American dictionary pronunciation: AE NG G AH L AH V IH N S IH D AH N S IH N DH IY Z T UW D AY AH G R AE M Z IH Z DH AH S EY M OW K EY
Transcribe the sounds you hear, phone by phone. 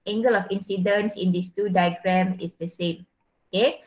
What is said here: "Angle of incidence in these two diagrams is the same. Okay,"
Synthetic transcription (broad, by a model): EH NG G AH L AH F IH N S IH D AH N S IH N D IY S T UW D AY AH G R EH M IH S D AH S EY M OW K EY